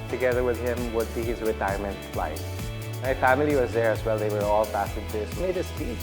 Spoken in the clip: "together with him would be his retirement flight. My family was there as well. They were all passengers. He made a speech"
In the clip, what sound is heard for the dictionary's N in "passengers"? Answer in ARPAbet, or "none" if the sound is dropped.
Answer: none